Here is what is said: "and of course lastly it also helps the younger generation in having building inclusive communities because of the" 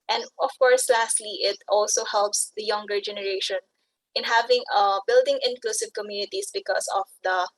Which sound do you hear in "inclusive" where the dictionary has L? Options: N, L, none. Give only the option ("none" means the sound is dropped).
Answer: L